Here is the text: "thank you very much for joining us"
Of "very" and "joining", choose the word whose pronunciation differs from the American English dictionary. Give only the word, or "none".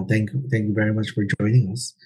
none